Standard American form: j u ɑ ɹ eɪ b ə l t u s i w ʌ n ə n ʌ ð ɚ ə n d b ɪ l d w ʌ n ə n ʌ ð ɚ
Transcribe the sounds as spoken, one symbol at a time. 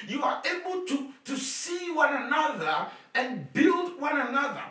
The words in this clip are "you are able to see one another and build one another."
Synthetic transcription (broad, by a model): j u ɑ ɹ eɪ b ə l t u s i w ʌ n ə n ʌ ð ɚ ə n b ɪ l d w ʌ n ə n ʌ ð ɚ